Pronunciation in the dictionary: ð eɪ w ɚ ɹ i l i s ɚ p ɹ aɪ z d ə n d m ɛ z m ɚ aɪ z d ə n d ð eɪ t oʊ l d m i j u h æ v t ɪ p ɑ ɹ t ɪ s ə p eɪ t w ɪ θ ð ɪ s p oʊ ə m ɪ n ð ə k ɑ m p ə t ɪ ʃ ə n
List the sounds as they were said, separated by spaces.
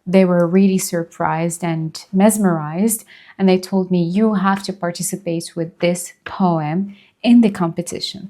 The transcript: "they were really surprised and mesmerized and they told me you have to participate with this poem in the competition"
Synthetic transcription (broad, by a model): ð eɪ w ɚ ɹ i l i s ɚ p ɹ aɪ z d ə n m ɛ z m ɚ aɪ z d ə n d ð eɪ t oʊ l d m i j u h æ f t ɪ p ɑ ɹ t ɪ s ə p eɪ t w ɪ ð ɪ s p oʊ ə m ɪ n ð ə k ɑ m p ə t ɪ ʃ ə n